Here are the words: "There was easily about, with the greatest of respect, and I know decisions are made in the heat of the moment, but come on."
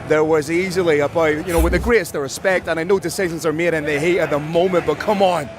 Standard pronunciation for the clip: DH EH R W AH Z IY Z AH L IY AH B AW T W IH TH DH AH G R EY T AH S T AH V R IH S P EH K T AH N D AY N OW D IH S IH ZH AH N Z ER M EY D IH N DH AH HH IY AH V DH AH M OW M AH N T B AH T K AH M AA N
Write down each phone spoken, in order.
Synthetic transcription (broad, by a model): DH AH R W AH Z IY Z AH L IY AH B AW T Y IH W DH AH G R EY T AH S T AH R IH S P EH K T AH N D AY N OW D IH S IH ZH AH N Z ER M EY D IH N DH AH HH IY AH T DH AH M OW M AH N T B AH T K AH M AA N